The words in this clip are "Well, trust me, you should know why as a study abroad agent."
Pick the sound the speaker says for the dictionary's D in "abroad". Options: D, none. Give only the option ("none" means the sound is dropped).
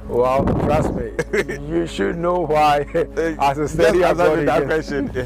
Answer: none